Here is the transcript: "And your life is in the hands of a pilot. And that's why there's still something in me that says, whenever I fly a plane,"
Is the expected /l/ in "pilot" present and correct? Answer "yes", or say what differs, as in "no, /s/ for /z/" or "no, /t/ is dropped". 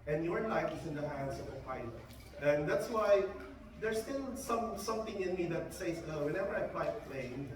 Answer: no, /l/ is dropped